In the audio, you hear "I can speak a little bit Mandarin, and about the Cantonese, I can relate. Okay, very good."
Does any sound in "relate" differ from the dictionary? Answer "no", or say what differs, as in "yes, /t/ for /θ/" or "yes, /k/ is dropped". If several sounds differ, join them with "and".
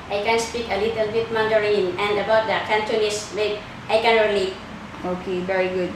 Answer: yes, /t/ is dropped